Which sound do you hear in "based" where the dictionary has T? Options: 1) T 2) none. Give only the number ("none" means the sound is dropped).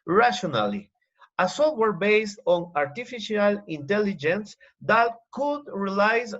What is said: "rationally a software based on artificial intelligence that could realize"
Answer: 1